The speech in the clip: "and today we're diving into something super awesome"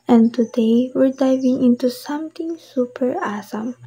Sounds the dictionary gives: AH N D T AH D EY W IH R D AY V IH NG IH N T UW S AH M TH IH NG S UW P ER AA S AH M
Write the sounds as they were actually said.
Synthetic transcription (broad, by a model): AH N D T AH D EY W IH R D AY V IH NG IH N T UW S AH M T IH NG S UW P ER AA S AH M